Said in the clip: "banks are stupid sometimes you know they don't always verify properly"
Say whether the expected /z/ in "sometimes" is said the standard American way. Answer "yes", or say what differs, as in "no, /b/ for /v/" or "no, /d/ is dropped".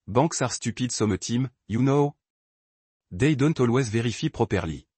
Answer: no, /z/ is dropped